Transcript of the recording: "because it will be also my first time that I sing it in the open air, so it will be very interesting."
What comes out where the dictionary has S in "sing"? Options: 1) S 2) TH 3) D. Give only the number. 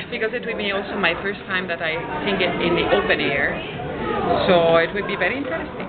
2